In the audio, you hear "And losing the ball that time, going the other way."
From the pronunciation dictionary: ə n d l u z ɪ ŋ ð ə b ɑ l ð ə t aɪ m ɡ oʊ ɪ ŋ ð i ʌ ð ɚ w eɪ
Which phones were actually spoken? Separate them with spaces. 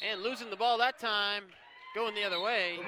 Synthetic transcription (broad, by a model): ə n l u z ɪ ŋ ð ə b ɑ l ð ə t aɪ m ɡ oʊ ɪ ŋ ð i ʌ ð ɚ w eɪ